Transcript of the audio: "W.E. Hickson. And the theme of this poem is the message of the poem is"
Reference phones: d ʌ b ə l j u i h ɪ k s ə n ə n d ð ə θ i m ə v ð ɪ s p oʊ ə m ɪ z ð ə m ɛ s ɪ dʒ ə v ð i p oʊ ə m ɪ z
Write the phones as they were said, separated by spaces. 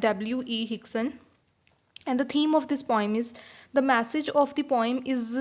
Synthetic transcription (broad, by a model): d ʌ b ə l j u i h ɪ k s ə n ə n d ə t i m ə v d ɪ s p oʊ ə m ɪ z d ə m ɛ s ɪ dʒ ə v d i p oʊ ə m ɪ z